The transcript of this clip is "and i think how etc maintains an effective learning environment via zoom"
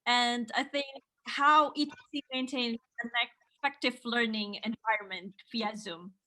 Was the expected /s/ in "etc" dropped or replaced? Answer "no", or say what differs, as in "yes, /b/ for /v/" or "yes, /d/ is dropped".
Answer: yes, /s/ is dropped